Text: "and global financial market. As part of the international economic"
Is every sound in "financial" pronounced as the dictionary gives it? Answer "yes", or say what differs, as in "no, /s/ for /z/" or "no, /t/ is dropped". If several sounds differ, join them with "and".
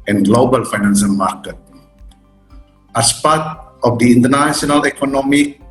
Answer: no, /s/ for /ʃ/